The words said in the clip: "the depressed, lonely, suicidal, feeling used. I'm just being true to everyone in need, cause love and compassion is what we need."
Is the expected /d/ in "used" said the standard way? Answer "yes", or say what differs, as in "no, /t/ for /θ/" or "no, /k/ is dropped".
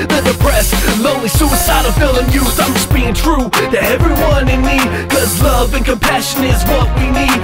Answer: no, /d/ is dropped